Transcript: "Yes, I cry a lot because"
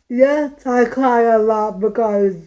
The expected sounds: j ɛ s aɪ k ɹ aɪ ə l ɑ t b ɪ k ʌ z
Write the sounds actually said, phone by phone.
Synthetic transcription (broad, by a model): j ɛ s aɪ k l aɪ ə l ɑ t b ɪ k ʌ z